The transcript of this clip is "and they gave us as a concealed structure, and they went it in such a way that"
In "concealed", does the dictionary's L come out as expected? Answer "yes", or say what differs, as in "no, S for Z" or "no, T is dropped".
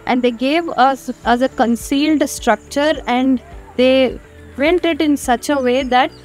yes